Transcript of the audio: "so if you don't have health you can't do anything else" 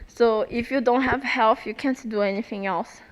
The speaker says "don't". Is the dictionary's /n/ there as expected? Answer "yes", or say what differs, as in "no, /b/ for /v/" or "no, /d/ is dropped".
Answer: yes